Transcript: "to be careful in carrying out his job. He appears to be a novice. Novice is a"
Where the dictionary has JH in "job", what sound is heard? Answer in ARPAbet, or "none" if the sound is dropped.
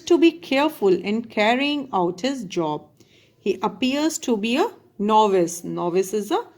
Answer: JH